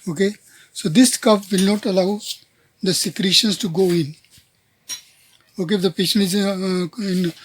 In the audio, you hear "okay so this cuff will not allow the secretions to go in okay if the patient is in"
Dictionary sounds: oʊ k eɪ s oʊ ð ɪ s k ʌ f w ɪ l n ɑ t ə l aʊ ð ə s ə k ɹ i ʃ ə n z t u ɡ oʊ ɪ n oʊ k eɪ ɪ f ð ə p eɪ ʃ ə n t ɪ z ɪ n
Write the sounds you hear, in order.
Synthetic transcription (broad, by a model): oʊ k eɪ s oʊ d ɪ s k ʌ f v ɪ l n ɑ t ə l aʊ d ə s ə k ɹ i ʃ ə n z t u ɡ oʊ ɪ n oʊ k eɪ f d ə p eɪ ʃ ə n ɪ z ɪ n